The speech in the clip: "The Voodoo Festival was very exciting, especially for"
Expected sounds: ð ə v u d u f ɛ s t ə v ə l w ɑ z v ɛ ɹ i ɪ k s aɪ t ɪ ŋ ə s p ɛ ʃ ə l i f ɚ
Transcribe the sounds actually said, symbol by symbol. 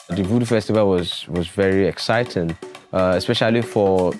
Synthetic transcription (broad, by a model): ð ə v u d f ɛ s t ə v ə l w ɑ z v ɛ ɹ i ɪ k s aɪ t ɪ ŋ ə s p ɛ ʃ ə l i f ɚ